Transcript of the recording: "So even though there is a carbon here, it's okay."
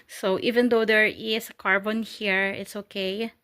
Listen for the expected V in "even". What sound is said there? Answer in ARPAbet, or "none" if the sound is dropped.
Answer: V